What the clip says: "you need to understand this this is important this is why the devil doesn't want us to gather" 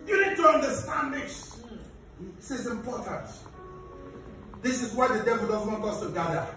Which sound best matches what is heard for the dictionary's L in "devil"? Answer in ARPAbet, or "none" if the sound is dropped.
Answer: L